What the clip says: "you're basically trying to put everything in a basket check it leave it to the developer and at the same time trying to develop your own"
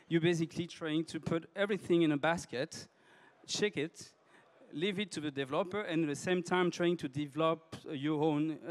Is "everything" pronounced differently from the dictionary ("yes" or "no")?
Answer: no